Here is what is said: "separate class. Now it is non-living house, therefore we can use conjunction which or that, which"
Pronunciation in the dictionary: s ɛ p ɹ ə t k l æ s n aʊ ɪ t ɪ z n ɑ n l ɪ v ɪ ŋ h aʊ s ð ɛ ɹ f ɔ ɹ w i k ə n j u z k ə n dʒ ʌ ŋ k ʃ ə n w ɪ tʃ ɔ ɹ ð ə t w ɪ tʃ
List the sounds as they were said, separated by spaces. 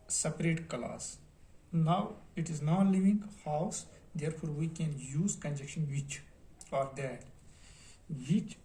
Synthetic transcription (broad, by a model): s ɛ p ɹ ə t k l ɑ s n aʊ ɪ t ɪ z n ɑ l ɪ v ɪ ŋ h aʊ s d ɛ ɹ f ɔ ɹ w i k ə n j u z k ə n dʒ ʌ k ʃ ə n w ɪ tʃ ɔ ɹ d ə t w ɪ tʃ